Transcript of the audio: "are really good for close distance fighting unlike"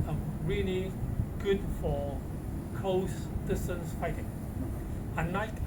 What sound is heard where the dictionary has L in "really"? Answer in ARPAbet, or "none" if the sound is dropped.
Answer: L